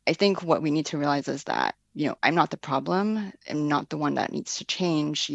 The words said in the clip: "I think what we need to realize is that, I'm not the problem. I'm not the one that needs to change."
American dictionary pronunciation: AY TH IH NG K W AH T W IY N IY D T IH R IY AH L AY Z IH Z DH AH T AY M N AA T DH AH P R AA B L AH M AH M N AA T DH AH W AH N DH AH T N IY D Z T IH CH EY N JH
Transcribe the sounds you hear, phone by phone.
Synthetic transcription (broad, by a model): AY TH IH NG K W AH T W IY N IY D T IH R IY AH L AY Z IH Z DH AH T AY M N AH T DH AH P R AA B L AH M AH M N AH T DH AH W AH N DH AH T N IY D Z T IH CH EY N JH